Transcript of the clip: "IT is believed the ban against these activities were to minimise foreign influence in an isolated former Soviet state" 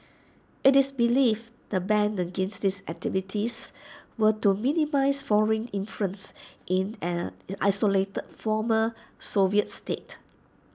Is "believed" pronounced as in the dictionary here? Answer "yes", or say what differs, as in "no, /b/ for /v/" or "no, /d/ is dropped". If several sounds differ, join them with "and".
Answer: no, /f/ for /v/